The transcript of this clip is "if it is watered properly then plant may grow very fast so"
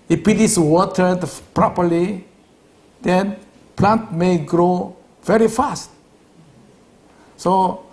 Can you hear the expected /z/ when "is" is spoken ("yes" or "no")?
no